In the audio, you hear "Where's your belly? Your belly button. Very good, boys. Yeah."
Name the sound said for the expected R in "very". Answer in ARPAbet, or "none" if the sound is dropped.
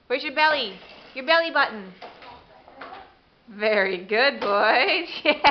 R